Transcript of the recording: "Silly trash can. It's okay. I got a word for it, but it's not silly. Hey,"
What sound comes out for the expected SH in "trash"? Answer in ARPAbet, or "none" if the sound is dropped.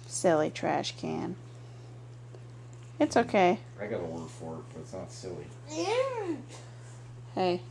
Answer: SH